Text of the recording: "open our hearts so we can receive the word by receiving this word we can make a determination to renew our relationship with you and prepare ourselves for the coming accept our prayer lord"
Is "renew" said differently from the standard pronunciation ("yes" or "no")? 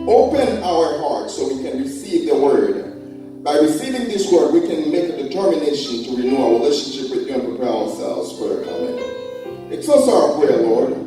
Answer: no